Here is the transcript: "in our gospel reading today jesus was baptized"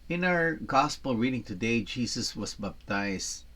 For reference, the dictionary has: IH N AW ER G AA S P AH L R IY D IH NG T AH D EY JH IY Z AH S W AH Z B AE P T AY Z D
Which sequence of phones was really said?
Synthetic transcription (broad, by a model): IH N AW ER G AA S P AH L R IY D IH NG T AH D EY JH IY S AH S W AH S B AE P T AY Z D